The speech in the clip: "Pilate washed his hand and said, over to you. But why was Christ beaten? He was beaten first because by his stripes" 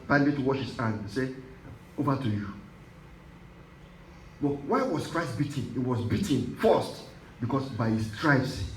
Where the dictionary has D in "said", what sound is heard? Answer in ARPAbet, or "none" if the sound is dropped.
none